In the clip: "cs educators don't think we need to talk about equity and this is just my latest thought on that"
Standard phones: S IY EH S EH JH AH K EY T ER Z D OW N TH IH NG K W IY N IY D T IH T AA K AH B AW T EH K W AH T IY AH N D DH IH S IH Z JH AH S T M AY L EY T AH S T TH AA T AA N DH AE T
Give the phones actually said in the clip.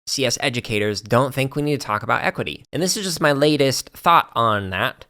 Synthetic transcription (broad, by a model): S IY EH S EH JH AH K EY T ER Z D OW N TH IH NG K W IY N IY D T IH T AA K AH B AW T EH K W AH T IY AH N DH IH S IH Z JH AH S T M AY L EY T AH S T TH AA T N DH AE T